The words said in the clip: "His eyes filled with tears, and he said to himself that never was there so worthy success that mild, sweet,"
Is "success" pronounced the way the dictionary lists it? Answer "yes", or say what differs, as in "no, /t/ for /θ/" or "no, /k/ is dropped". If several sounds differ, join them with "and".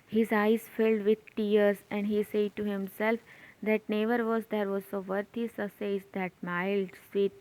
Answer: no, /k/ is dropped